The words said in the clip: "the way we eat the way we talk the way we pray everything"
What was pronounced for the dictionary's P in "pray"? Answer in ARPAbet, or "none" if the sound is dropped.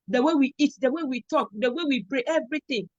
B